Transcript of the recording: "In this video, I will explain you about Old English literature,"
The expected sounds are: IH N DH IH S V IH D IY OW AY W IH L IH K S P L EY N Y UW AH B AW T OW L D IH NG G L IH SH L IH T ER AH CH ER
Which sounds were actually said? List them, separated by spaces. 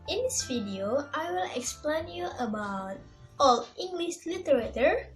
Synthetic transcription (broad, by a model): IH N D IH S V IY D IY OW AY W IH L IH K S P L EY N Y UW AH B AW T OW L IH NG G L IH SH L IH T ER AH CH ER